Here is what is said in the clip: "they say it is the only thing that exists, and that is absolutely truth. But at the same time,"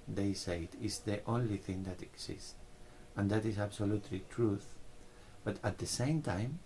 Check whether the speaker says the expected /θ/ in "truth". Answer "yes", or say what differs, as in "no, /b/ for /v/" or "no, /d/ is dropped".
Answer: yes